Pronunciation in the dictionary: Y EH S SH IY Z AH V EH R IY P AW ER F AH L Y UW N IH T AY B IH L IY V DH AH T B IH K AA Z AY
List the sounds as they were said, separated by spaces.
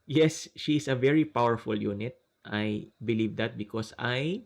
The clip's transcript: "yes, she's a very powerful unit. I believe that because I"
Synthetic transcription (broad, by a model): Y EH S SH IY S AH V EH R IY P AW ER F AH L Y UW N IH T AY B IH L IY V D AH T B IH K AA S AY